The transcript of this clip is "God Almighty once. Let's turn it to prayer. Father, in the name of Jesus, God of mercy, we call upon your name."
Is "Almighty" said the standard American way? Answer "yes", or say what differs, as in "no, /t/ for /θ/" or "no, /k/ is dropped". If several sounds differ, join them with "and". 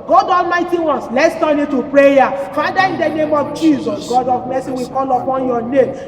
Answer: yes